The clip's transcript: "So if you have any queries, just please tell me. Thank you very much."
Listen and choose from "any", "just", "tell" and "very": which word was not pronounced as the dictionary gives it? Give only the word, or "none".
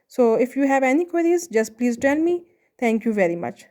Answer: tell